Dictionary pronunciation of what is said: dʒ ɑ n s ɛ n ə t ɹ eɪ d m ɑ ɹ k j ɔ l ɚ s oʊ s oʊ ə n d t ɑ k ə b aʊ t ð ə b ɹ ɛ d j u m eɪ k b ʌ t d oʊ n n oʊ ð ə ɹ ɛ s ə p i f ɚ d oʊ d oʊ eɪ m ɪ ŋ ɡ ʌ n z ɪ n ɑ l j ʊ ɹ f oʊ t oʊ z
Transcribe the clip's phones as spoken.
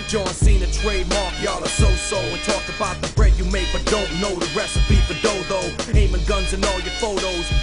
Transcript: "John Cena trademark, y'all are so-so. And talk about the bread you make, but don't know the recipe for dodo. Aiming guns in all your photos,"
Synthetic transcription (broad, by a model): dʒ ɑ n s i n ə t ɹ eɪ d m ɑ ɹ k j ɔ l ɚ s oʊ s oʊ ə n t ɑ k ə b aʊ t ð ə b ɹ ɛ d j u m eɪ k b ʌ t d oʊ n n oʊ ð ə ɹ ɛ s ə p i p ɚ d oʊ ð oʊ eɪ m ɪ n ɡ ʌ n z ɪ n ɑ l j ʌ ɹ f oʊ t oʊ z